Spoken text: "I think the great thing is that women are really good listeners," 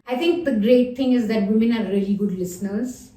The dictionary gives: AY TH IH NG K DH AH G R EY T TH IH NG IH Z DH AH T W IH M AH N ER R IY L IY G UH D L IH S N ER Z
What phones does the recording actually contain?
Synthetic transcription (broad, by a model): AY T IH NG K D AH G R EY T T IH NG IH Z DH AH T W IH M AH N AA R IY L IY G UH D L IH S N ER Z